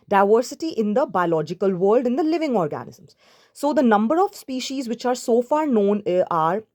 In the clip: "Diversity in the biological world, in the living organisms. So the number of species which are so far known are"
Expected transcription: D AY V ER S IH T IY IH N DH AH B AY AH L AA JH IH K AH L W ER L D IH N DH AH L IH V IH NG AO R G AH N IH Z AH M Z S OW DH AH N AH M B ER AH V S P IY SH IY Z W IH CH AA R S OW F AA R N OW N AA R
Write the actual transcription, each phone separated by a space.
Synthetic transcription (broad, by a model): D AY V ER S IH T IY IH N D AH B AY AH L AA JH IH K AH L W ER L D IH N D AH L IH V IH NG AO R G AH N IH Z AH M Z S OW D AH N AH M B ER AH V S P IY SH IY Z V IH CH AA R S OW F AA R N OW N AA R